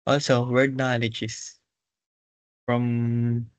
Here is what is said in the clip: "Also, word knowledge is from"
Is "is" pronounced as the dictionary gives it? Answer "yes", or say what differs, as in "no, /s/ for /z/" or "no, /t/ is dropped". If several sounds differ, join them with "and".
no, /s/ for /z/